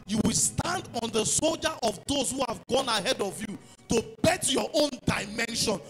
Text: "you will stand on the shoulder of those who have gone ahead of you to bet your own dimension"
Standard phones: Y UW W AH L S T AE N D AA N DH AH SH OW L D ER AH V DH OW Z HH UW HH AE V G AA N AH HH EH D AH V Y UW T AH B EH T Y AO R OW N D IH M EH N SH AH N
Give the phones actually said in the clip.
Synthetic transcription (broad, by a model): Y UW W AH L S T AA N D AA N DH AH S OW L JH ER AH V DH OW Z HH UW HH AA V G AA N AH HH EH D AH V Y UW T AH B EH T Y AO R OW N D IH M EH N SH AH N